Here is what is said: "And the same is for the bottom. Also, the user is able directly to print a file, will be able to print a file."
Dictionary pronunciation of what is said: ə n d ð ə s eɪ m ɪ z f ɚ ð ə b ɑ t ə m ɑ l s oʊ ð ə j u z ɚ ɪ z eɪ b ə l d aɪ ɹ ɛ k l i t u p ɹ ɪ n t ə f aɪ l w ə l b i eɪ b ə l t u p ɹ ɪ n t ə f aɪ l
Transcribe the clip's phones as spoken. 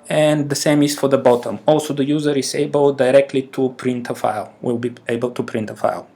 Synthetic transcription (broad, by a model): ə n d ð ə s eɪ m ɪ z f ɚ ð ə b ɑ t ə m ɑ l s oʊ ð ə j u z ɚ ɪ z eɪ b ə l d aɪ ɹ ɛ k l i t u p ɹ ɪ n t ə f aɪ l w ə l b i eɪ b ə l t u p ɹ ɪ n t ə f aɪ l